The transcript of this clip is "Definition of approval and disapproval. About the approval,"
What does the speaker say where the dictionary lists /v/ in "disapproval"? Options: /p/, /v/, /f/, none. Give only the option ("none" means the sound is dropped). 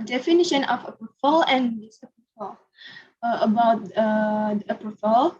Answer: /f/